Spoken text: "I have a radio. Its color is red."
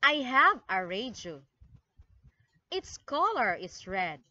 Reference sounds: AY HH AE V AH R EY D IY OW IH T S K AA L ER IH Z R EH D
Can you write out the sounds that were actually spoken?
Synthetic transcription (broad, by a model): AY HH AE V AH R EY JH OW IH T S K AA L ER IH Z R EH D